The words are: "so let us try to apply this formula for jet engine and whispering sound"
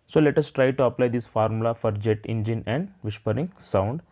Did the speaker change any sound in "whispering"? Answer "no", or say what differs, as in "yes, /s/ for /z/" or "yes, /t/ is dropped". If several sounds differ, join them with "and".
yes, /ʃ/ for /s/